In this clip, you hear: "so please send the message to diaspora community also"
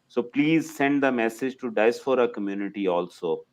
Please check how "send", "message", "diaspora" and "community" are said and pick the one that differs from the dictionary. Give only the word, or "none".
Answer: diaspora